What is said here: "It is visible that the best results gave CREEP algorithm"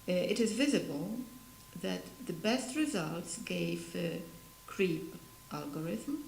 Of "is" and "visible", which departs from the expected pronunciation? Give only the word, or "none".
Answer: none